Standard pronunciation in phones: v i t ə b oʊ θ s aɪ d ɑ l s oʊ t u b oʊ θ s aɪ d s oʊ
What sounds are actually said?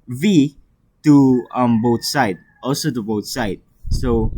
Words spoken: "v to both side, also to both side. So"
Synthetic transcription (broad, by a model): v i t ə b oʊ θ s aɪ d ɑ l s oʊ t u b oʊ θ s aɪ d s oʊ